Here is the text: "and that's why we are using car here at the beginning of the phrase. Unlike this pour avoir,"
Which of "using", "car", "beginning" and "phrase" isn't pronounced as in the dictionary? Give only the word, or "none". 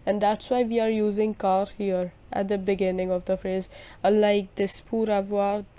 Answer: none